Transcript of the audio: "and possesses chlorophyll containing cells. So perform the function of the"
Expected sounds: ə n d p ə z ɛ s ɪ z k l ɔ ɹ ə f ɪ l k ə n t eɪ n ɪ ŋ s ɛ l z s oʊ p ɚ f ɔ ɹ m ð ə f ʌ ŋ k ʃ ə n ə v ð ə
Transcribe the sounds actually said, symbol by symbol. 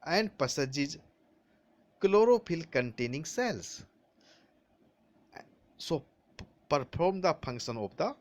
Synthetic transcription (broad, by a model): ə n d p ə s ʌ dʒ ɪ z k l ɔ ɹ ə p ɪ l k ə n t eɪ n ɪ ŋ s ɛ l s s oʊ p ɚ p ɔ ɹ m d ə p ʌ ŋ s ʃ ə n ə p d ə